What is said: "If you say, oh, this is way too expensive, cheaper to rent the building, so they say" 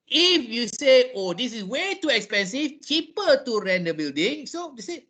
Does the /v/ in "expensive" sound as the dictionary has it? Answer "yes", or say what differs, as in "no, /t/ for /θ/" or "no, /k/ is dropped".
no, /f/ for /v/